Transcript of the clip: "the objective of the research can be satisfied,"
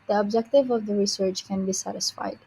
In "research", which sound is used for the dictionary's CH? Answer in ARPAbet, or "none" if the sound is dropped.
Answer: CH